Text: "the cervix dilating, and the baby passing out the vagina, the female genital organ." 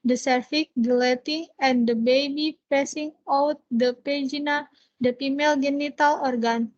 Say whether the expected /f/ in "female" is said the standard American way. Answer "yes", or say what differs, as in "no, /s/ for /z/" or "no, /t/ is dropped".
no, /p/ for /f/